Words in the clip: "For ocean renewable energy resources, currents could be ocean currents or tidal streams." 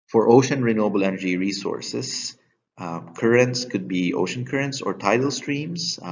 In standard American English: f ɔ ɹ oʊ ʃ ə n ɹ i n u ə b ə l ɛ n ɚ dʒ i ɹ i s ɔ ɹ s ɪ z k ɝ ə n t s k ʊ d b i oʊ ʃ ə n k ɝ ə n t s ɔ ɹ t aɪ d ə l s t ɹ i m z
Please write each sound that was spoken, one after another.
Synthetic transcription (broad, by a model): f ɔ ɹ oʊ ʃ ə n ɹ i n u ə b ə l ɛ n ɚ dʒ i ɹ i s ɔ ɹ s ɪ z k ɝ ə n t s k ʊ d b i oʊ ʃ ə n k ɝ ə n t s ɔ ɹ t aɪ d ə l s t ɹ i m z